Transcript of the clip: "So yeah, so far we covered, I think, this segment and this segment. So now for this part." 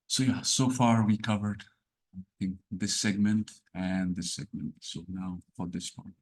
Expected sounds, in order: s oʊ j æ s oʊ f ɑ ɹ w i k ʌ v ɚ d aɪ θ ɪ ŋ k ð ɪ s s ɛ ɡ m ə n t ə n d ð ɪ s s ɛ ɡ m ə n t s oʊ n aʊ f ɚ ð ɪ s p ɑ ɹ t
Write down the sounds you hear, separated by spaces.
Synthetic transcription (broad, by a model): s oʊ j æ s oʊ f ɑ ɹ w i k ʌ v ɚ d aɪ θ ɪ ŋ k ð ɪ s s ɛ ɡ m ə n t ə n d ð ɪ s s ɛ ɡ m ə n t s oʊ n aʊ f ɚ ð ɪ s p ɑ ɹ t